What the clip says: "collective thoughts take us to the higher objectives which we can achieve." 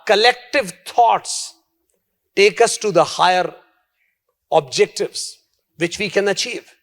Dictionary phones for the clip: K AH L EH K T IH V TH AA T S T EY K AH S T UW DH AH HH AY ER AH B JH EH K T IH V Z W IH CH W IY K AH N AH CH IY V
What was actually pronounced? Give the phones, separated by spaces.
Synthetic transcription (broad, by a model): K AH L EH K T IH V T AA T S T EY K AH S T UW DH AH HH AY ER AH B JH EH K T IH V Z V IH CH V IY K AH N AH CH IY V